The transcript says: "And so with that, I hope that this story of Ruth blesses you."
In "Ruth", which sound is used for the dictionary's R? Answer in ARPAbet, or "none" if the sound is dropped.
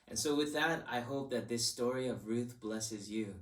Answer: R